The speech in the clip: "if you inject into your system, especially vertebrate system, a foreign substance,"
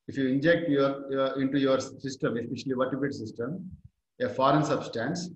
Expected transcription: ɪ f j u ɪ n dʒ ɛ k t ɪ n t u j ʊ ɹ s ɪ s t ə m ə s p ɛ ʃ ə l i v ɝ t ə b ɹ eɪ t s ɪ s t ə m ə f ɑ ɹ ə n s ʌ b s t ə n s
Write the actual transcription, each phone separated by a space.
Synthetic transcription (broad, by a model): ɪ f j u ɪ n dʒ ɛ k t ɪ n t u j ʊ ɹ s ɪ s t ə m ə s p ɛ ʃ ə l i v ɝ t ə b eɪ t s ɪ s t ə m ə f ɑ ɹ ə n s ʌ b s t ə n s